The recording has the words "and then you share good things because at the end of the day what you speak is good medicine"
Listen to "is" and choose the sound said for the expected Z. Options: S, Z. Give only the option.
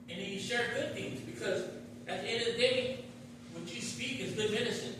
Z